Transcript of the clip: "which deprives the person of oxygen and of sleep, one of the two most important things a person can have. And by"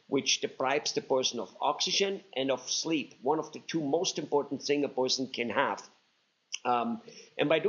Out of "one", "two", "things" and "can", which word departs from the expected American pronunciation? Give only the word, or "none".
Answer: things